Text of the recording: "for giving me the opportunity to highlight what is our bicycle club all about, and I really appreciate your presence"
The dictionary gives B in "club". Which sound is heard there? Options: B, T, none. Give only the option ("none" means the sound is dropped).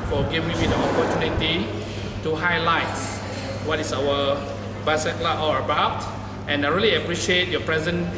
none